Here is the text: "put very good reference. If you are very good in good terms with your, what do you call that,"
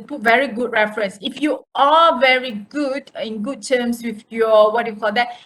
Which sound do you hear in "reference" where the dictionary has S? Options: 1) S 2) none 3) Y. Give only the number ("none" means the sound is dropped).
1